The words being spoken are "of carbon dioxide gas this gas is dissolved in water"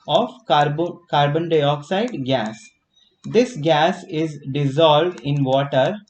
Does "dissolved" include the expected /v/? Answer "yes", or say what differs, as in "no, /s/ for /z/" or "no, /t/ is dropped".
yes